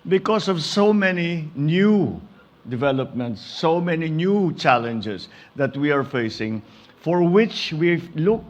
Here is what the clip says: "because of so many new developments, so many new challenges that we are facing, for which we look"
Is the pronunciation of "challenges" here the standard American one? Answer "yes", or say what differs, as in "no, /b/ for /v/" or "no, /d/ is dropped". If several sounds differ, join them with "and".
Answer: no, /s/ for /z/